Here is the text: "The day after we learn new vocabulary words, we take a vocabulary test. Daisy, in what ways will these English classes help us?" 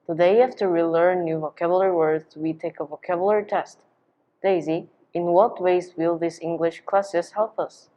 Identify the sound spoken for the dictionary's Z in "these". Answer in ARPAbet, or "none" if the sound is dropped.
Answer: S